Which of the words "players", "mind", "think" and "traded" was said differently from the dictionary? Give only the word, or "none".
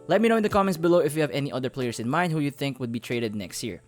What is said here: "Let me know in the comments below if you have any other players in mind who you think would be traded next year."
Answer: players